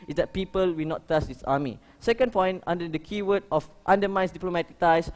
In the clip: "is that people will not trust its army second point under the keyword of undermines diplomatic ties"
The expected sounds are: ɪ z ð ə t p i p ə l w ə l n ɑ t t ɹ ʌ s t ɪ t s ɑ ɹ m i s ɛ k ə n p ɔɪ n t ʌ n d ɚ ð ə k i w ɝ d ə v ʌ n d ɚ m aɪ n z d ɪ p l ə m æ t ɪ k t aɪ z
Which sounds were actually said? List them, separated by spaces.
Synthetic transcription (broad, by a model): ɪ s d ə t p i p ə l w ə l n ɑ t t ʌ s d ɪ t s ɑ m i s ɛ k ə n p ɔɪ n t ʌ n d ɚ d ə k i w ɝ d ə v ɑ n d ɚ m aɪ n s d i p l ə m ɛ t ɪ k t aɪ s